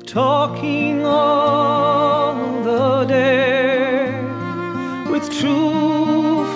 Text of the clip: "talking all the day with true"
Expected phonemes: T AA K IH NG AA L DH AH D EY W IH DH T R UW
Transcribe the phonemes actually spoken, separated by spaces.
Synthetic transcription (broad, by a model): T AA K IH NG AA N DH AH D EY W IH DH T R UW